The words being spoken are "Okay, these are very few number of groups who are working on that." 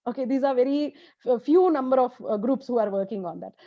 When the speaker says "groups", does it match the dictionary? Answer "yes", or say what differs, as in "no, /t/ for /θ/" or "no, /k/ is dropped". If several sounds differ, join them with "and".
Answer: yes